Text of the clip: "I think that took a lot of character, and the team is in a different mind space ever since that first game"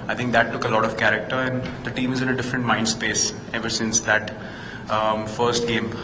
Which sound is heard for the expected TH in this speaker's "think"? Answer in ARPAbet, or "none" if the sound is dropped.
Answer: T